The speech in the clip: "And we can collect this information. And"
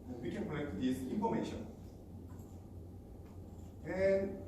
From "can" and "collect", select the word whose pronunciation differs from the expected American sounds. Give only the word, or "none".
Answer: collect